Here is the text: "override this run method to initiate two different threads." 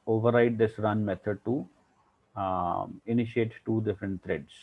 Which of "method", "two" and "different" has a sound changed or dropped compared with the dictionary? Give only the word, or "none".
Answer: method